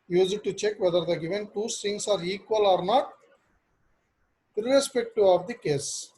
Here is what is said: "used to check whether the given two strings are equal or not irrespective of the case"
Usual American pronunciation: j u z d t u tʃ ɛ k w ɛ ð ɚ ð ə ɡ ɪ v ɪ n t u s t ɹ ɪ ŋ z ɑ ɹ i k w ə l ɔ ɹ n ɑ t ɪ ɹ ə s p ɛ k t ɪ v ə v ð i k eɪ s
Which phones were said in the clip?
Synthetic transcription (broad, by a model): j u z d t u tʃ ɛ k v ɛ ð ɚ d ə ɡ ɪ v ɪ n t u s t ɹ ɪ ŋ s ɑ ɹ i k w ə l ɔ ɹ n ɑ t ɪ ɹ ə s p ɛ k t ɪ ə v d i k eɪ s